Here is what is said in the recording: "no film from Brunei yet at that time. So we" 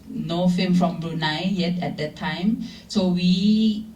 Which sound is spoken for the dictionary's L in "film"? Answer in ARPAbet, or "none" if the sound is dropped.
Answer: none